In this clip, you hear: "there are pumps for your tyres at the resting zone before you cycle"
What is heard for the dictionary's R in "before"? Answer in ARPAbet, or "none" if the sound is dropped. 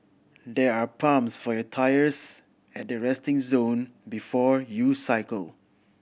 R